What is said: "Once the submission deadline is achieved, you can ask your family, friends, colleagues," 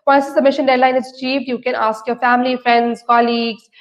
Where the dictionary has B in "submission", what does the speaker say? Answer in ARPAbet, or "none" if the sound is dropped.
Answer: none